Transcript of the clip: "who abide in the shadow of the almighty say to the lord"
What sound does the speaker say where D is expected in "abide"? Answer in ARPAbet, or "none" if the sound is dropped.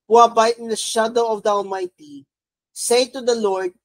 none